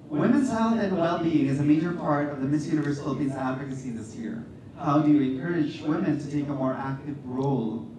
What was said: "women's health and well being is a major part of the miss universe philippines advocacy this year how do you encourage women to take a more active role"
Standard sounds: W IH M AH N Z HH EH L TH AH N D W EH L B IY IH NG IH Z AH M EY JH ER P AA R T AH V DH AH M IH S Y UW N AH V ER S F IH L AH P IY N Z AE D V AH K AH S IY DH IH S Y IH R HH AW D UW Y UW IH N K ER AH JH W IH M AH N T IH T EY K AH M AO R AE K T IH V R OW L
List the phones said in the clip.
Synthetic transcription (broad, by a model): W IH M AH N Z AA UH TH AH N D W EH L B IY IH NG IH Z AH M EY JH ER P AA R T AH V DH AH M IH S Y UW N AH V ER S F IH L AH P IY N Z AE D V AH K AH S IY DH IH S Y IH R HH AW D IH Y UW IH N K ER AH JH W IH M AH N T IH T EY K AH M AO R AE K T IH V R OW L